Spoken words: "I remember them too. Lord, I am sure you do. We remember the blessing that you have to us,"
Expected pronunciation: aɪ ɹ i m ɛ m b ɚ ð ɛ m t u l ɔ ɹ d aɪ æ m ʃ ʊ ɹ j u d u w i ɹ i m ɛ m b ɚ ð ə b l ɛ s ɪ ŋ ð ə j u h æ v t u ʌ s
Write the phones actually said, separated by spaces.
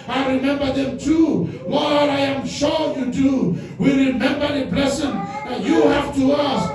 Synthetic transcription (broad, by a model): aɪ ɹ i m ɛ m b ɚ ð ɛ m t u w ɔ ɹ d aɪ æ m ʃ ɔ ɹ j u d u w i ɹ i m ɛ m b ɚ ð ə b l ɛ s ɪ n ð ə j u h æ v t u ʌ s